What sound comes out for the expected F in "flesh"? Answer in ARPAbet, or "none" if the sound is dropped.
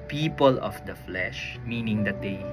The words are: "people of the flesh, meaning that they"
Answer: F